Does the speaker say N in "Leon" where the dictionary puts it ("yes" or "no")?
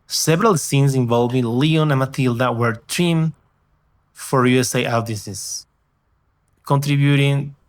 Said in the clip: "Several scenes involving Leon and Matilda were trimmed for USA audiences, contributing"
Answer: yes